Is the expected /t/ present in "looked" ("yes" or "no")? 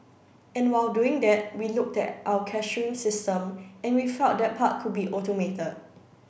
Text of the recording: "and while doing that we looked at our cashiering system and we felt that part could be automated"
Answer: yes